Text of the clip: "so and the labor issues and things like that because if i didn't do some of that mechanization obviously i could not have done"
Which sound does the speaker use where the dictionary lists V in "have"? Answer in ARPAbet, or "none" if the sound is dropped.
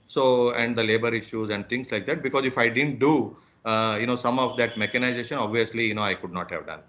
V